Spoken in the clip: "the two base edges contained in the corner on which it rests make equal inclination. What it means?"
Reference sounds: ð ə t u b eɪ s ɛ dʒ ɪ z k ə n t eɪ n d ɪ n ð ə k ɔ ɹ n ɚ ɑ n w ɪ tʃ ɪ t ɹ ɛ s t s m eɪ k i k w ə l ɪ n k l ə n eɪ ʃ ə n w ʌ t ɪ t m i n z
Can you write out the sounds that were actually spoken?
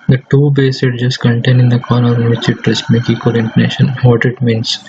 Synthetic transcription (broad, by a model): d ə t u b eɪ s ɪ dʒ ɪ s k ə n t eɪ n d ɪ n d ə k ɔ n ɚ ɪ n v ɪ tʃ ɪ t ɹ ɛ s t m eɪ k i k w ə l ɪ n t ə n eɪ ʃ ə n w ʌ t ɪ t m i n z